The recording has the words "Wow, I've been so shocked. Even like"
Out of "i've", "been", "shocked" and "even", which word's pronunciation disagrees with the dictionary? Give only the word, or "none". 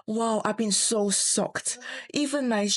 shocked